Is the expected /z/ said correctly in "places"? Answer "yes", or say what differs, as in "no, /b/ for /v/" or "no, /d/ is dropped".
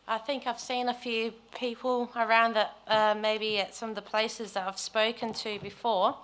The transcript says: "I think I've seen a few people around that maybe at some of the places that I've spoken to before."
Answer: yes